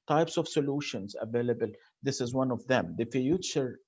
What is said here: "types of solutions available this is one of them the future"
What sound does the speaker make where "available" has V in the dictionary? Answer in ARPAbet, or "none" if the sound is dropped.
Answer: V